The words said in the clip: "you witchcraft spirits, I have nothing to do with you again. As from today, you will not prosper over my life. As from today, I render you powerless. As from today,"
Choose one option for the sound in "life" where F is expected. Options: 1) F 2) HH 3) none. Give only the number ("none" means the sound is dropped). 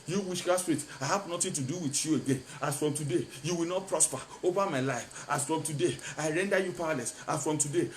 1